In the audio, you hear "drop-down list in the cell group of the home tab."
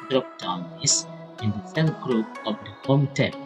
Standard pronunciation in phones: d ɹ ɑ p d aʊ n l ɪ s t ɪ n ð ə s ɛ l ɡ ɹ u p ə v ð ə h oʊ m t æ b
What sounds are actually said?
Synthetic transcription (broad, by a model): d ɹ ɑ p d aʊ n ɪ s ɪ n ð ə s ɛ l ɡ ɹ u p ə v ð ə h oʊ m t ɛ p